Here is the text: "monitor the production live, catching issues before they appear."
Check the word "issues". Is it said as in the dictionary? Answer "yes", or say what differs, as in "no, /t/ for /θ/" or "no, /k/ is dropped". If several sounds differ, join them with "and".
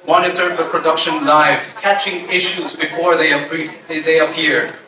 yes